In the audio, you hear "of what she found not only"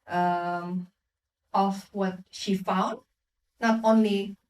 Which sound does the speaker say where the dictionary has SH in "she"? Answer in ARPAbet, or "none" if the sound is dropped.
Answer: SH